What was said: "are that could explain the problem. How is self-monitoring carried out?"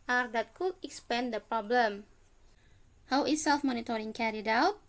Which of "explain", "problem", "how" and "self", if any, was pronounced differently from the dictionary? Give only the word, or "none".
explain